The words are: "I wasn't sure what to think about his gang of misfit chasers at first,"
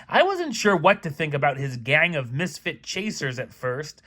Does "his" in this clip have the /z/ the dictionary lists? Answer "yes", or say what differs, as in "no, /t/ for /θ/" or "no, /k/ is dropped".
yes